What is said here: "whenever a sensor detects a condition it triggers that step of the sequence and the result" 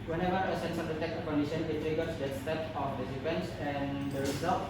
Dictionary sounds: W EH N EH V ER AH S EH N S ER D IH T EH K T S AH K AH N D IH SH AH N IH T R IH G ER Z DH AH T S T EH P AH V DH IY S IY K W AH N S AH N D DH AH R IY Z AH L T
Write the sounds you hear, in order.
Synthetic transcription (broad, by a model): W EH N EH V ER AH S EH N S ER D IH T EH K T AH K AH N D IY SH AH N IH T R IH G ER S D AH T S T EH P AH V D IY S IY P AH N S AH N D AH R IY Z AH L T